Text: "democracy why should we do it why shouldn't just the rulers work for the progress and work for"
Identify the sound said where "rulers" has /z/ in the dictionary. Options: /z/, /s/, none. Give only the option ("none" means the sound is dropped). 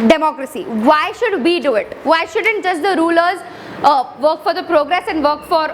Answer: /z/